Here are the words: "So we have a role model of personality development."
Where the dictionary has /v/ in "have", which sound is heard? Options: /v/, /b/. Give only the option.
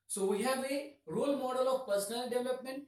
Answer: /b/